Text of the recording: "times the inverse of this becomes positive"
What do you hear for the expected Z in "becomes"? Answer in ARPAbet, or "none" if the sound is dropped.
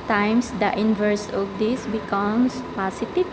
S